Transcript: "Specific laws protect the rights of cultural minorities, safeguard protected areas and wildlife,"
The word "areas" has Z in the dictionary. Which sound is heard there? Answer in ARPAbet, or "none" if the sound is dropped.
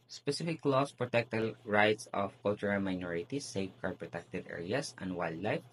S